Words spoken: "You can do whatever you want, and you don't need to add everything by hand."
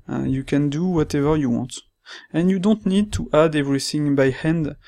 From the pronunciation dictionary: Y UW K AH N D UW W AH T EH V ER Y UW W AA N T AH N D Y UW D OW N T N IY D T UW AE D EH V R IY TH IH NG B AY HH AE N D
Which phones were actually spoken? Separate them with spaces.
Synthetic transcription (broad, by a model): Y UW K AH N D UW W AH T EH V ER Y UW W AA N T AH N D Y UW D OW N T N IY D T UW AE D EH V R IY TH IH NG B AY HH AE N D